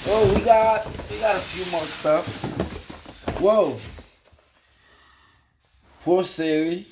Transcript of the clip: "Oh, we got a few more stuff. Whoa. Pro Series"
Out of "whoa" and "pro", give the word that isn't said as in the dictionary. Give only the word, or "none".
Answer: pro